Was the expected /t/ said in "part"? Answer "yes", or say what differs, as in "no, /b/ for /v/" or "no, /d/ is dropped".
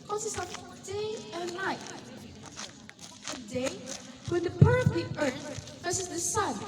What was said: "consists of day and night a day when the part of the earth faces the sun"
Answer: no, /t/ is dropped